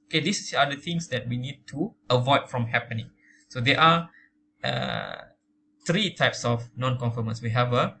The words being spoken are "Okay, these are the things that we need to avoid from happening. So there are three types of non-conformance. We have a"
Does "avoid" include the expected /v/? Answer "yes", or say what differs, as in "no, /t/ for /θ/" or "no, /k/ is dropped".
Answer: yes